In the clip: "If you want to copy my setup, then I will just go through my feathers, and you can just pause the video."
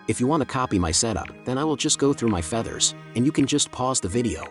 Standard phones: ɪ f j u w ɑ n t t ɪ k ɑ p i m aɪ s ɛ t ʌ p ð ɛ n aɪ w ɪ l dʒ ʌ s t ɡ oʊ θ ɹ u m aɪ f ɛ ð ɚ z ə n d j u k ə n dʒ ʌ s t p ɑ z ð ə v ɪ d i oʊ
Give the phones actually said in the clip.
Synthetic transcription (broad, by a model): ɪ f j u w ɑ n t t ɪ k ɑ p i m aɪ s ɛ t ʌ p ð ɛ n aɪ w ɪ l dʒ ʌ s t ɡ oʊ θ ɹ u m aɪ f ɛ ð ɚ z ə n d j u k ə n dʒ ʌ s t p ɑ z ð ə v ɪ d i oʊ